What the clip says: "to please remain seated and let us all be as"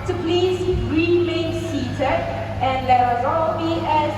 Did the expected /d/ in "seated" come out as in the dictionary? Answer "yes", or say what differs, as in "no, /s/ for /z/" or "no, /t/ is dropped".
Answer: no, /d/ is dropped